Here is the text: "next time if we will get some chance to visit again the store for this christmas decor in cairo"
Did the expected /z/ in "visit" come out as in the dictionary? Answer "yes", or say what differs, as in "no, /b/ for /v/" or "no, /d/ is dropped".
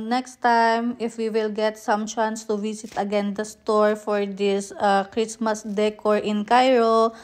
no, /s/ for /z/